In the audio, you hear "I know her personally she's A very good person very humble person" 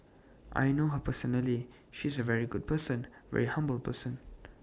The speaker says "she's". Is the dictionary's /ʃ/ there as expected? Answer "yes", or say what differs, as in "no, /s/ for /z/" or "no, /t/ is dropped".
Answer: yes